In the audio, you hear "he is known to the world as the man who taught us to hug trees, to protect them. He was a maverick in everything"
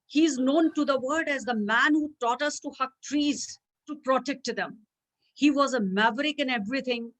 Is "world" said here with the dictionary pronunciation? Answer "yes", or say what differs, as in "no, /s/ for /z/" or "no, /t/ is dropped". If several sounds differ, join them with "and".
no, /l/ is dropped